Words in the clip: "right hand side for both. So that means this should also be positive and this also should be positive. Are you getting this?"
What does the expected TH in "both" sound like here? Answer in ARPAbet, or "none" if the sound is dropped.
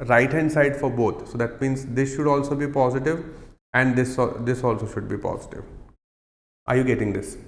T